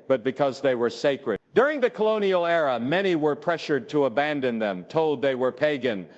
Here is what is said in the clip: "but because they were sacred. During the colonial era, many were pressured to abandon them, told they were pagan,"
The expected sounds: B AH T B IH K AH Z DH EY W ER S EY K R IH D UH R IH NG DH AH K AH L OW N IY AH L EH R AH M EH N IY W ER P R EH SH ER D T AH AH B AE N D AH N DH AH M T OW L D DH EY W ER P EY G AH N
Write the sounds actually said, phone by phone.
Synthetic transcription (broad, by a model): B AH T B IH K AH Z DH EY W ER S EY K R IH D UH R IH NG DH AH K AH L OW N IY L EH R AH M EH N IY W ER P R EH SH ER D T AH AH B AE N D AH N DH AH M T OW L D DH EY W ER P EY G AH N